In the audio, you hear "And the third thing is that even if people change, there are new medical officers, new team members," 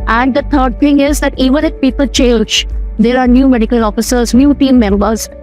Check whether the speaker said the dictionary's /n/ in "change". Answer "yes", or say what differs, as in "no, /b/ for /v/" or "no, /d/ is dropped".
no, /l/ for /n/